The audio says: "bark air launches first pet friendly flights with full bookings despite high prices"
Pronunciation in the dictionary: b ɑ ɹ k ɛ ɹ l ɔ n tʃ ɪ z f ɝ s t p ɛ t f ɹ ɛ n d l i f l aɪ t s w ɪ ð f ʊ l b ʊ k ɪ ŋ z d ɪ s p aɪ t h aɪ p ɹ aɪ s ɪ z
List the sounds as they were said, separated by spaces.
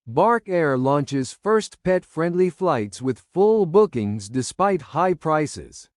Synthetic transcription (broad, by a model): b ɑ ɹ k ɛ ɹ l ɔ n tʃ ɪ z f ɝ s t p ɛ t f ɹ ɛ n d l i f l aɪ t s w ɪ ð f ʊ l b ʊ k ɪ ŋ z d ɪ s p aɪ t h aɪ p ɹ aɪ s ɪ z